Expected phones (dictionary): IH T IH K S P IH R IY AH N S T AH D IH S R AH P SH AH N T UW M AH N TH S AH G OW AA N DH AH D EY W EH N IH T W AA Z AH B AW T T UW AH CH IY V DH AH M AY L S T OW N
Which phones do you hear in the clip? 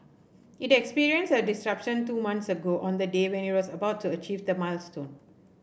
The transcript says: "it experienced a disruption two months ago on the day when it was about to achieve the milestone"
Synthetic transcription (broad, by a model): IH T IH K S P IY R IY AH N S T AH D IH S R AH P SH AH N T UW M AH N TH S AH G OW AA N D AH D EY W EH N IH T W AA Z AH B AW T T UW AH CH IY V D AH M AY L S T OW N